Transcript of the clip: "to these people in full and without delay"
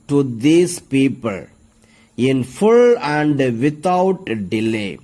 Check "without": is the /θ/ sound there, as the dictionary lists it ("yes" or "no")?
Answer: no